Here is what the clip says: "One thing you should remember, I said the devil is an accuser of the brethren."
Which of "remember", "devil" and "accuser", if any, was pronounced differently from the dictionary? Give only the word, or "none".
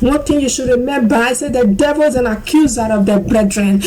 none